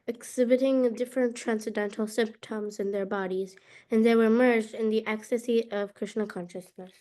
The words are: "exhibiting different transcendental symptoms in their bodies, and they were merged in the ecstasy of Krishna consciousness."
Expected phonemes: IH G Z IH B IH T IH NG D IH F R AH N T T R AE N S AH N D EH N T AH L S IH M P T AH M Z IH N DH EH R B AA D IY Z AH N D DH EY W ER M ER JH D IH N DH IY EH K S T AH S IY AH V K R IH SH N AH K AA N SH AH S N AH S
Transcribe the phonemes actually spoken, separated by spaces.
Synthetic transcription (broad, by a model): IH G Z IH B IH T IH NG D IH F R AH N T T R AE N S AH D EH N T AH L S IH M P T AH M Z IH N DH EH R B AA D IY Z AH N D DH EY W ER M ER JH D IH N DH IY EH K S T AH S IY AH V K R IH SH N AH K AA N SH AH S N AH S